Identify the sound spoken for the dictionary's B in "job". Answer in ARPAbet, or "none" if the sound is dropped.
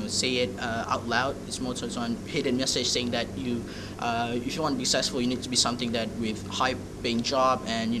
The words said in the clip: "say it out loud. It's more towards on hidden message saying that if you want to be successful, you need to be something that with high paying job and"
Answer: B